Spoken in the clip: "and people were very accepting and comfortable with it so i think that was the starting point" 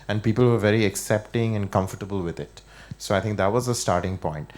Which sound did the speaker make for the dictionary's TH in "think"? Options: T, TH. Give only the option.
T